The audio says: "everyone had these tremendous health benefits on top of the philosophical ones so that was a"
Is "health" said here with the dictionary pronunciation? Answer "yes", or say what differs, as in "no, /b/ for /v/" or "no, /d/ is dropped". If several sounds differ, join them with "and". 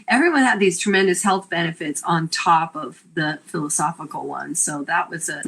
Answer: yes